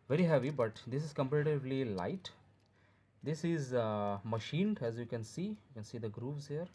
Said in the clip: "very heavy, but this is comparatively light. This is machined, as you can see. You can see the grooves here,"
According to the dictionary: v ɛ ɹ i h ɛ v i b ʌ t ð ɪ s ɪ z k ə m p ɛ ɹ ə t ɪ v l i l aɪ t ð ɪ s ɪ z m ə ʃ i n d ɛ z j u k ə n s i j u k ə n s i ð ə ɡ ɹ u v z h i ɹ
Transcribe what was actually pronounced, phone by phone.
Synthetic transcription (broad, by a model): v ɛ ɹ i h ɛ v i b ʌ t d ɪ s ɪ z k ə m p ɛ ɹ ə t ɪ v l i l aɪ t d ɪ s ɪ z m ə ʃ i n d ɛ z j u k ə n s i j u k ə n s i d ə ɡ ɹ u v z h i ɹ